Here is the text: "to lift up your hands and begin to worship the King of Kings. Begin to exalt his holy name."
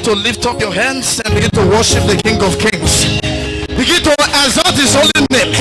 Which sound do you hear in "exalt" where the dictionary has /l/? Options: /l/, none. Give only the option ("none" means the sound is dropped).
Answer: none